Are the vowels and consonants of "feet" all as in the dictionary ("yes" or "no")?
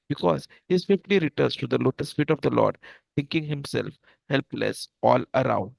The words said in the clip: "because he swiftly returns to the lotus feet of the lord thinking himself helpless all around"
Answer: yes